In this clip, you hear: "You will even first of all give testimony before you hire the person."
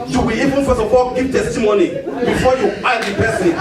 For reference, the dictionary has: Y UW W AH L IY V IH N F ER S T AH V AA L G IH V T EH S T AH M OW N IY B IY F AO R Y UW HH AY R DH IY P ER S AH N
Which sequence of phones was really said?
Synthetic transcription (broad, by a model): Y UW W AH IY V IH N F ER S AH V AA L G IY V T EH S T AH M OW N IY B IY F AO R Y UW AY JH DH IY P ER S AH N